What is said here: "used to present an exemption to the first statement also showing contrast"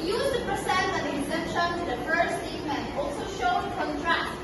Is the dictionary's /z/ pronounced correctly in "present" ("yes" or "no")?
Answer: no